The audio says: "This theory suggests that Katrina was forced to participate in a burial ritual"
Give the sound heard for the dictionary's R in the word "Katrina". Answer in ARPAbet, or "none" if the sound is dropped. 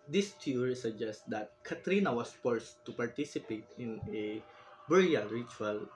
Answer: R